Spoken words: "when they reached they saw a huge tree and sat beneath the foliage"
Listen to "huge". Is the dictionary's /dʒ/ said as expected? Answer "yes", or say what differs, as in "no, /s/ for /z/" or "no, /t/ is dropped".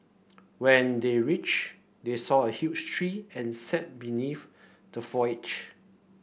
no, /tʃ/ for /dʒ/